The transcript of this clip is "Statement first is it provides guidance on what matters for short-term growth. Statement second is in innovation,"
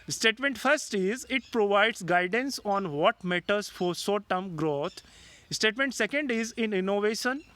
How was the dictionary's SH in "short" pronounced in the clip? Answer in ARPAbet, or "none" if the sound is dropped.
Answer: S